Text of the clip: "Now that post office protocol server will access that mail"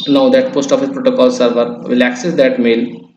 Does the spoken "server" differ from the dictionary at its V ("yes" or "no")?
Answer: no